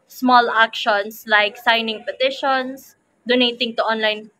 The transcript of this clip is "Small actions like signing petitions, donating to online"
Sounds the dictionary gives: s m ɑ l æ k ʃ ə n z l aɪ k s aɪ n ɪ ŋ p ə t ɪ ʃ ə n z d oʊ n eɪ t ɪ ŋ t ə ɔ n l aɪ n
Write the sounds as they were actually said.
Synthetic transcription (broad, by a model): s m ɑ l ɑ k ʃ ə n s l aɪ k s aɪ n ɪ ŋ p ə t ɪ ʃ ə n s d oʊ n eɪ t ɪ ŋ t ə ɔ n l aɪ n